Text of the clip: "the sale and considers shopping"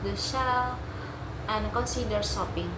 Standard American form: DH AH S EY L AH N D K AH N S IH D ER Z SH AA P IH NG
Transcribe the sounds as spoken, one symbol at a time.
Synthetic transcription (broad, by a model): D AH SH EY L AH N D K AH N S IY D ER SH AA P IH NG